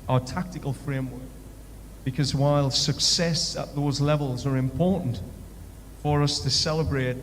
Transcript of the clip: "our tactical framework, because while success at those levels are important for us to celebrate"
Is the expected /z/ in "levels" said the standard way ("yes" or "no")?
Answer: yes